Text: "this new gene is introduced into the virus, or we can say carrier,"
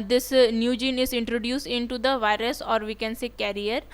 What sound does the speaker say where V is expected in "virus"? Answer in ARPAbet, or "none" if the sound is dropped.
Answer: V